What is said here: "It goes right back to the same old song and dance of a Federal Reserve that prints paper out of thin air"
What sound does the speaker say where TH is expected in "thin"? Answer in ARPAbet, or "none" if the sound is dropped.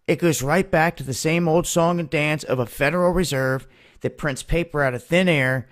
TH